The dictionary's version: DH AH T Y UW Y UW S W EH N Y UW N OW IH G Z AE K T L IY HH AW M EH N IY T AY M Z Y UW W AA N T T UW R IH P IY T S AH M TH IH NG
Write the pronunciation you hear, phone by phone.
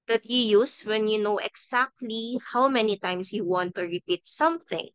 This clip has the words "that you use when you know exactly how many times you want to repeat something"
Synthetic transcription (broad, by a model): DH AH T Y UW Y UW S W EH N Y UW N OW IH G S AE K T L IY HH AW M EH N IY T AY M S Y UW W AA N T T UW R IH P IY T S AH M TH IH NG